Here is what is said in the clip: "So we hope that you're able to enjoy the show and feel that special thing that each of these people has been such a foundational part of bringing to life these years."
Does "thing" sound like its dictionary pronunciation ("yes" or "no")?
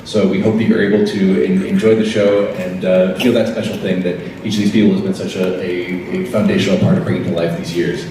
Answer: yes